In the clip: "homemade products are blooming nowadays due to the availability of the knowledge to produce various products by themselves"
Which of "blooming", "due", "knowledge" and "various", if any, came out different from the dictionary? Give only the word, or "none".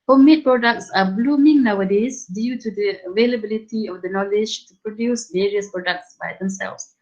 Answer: none